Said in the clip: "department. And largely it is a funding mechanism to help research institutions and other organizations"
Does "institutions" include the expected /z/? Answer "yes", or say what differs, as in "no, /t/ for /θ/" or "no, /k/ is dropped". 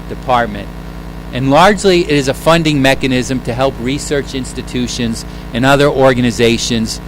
yes